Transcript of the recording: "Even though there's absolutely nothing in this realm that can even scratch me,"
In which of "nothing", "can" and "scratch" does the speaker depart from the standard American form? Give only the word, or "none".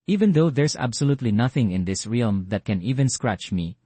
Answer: none